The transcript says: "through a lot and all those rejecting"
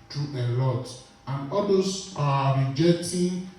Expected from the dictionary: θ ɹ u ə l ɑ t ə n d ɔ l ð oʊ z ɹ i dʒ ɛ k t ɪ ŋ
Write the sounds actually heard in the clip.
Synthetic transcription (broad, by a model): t ɹ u ə l ɑ t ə n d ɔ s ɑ ɹ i dʒ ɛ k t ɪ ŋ